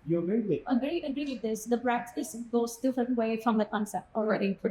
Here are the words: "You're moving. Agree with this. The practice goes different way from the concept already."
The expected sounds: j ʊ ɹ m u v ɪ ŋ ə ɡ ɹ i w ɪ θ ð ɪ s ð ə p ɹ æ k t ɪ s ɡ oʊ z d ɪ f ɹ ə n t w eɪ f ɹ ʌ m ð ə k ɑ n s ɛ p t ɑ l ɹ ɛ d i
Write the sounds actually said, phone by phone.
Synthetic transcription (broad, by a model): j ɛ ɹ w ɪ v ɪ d ə ɡ ɹ i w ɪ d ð ɪ s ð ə b ɹ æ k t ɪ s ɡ oʊ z d ɪ f ɹ ə n t w eɪ f ɹ ʌ m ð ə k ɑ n s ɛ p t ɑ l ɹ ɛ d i